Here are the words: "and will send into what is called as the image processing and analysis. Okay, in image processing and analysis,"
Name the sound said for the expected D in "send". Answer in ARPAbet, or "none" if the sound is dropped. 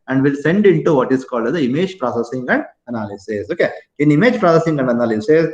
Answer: D